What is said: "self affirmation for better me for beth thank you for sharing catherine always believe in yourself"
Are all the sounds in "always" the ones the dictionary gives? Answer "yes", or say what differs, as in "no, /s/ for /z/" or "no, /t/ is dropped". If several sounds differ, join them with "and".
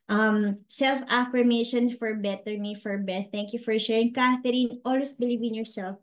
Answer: no, /s/ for /z/